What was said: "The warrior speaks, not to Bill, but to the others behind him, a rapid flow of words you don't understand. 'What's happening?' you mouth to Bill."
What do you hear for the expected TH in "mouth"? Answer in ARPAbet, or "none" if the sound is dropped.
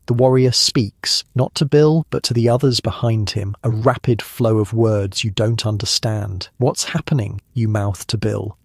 TH